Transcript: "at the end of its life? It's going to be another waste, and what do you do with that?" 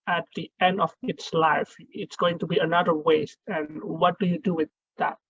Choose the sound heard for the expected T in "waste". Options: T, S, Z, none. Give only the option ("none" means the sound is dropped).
T